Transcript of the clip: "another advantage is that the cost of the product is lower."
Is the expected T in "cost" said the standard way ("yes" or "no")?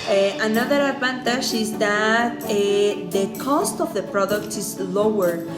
yes